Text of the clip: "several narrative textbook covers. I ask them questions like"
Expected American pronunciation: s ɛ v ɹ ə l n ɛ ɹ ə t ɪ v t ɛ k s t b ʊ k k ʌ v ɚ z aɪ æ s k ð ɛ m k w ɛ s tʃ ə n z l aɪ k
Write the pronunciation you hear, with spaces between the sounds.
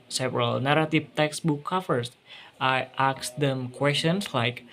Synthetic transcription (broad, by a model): s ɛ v ɹ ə l n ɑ ɹ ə t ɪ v t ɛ k s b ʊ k k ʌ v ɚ s aɪ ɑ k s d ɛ m k w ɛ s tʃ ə n s l aɪ k